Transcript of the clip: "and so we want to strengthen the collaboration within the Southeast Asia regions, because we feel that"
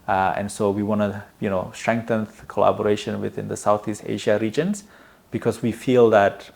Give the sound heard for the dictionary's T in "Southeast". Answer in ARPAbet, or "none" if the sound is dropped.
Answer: T